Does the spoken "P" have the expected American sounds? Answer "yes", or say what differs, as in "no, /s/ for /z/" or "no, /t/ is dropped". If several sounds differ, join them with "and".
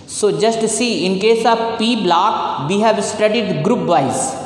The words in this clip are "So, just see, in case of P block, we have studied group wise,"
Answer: yes